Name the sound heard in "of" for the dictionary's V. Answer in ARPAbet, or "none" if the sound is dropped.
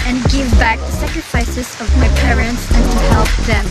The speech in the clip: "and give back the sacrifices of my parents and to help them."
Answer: V